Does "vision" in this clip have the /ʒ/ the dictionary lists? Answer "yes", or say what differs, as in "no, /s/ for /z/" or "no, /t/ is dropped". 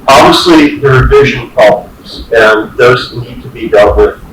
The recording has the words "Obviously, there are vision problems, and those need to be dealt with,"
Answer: yes